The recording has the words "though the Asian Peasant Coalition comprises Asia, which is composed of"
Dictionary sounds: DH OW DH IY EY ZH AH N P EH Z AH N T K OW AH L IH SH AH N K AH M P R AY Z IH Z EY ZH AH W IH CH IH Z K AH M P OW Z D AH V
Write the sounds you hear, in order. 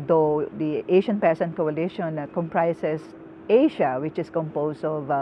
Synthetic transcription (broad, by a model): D OW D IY EY SH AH N P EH S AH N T K OW AH L IH SH AH N K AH M P R AY S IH S EY SH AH W IH CH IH S K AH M P OW S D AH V